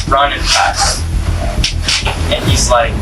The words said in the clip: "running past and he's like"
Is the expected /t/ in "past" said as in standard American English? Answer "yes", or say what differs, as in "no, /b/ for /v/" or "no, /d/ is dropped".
no, /t/ is dropped